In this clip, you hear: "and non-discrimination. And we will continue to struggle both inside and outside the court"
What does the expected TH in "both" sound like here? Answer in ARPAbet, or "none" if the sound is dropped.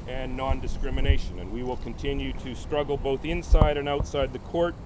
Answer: TH